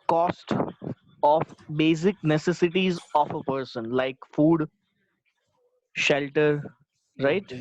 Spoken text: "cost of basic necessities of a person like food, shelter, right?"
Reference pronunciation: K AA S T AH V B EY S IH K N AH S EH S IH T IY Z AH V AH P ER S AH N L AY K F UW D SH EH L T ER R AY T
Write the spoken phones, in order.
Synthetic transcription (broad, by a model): K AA S T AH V B EY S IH K N AH S EH S IH T IY Z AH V AH P ER S AH N L AY K F UW D SH EH L T ER R AY T